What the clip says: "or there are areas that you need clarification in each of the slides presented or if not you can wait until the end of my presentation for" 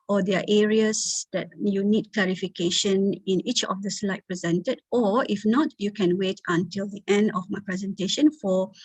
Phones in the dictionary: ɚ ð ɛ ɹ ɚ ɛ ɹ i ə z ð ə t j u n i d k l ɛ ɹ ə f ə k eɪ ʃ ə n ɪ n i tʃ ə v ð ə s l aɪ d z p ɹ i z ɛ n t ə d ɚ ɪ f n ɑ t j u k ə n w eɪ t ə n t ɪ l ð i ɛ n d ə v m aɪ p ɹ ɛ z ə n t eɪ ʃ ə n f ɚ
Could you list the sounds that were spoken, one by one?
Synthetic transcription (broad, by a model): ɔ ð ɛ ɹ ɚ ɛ ɹ i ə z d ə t j u n i d k l ɛ ɹ ə f ə k eɪ ʃ ə n ɪ n i tʃ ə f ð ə s l aɪ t p ɹ i z ɛ n t ə d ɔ ɪ f n ɑ t j u k ə n w eɪ t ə n t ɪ l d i ɛ n d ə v m aɪ p ɹ ɛ z ə n t eɪ ʃ ə n f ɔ